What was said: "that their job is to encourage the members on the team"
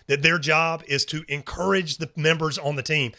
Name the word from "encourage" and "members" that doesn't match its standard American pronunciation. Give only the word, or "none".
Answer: none